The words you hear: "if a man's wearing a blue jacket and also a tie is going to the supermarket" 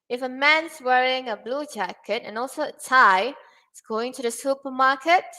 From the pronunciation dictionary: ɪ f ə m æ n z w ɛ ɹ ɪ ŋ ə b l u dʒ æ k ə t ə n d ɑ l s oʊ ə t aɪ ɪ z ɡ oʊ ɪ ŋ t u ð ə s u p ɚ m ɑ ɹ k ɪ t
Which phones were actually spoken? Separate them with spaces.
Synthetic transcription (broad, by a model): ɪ f ə m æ n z w ɛ ɹ ɪ ŋ ə b l u dʒ æ k ə t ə n ɑ l s oʊ ə t aɪ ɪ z ɡ oʊ ɪ ŋ t u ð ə s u p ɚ m ɑ k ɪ t